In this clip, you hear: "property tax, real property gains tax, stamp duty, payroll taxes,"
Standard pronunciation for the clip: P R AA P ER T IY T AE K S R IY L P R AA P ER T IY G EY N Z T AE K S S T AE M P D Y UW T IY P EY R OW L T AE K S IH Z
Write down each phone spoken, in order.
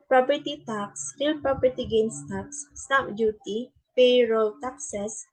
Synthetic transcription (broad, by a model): P R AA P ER T IY T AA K S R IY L P R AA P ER T IY G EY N S T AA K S S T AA P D Y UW T IY P EY R OW L T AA K S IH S